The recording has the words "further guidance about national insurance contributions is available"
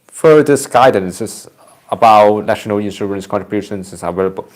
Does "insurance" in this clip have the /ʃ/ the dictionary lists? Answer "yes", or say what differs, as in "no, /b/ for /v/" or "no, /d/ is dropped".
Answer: no, /s/ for /ʃ/